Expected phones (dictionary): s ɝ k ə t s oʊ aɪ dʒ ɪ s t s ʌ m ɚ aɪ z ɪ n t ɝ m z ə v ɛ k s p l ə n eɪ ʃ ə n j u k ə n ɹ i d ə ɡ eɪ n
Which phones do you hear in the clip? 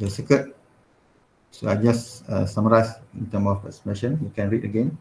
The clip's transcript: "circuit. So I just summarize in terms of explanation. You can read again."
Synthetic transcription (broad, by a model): s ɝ k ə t s oʊ aɪ dʒ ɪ s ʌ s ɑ m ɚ aɪ s ɪ n t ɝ m ə f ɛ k s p ə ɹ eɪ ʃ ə n j u k ə n ɹ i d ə ɡ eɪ n